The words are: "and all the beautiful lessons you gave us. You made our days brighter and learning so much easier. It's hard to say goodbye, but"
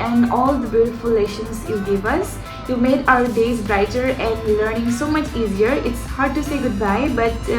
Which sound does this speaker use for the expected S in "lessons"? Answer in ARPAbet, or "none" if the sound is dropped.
SH